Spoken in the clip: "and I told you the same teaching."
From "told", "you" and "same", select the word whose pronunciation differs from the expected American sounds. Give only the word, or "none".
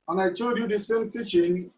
told